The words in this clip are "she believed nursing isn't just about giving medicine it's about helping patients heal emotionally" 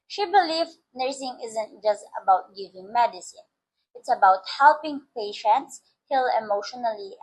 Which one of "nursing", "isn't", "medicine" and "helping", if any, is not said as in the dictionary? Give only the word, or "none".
none